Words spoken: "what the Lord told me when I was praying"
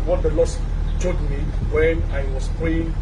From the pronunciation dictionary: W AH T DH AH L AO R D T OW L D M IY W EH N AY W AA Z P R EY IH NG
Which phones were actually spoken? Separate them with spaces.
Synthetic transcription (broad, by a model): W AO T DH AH L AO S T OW D M IY W EH N AY W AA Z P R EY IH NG